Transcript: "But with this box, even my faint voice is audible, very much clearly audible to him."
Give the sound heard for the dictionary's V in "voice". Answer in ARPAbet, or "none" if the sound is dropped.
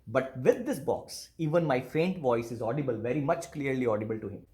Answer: V